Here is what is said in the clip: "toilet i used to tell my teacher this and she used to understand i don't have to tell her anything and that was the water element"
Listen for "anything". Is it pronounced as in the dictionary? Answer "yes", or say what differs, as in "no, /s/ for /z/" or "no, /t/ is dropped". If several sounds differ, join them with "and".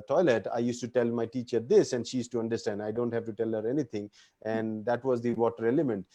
no, /t/ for /θ/